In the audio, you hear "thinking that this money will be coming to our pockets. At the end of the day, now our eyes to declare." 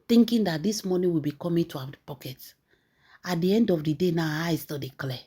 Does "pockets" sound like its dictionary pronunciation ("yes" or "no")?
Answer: no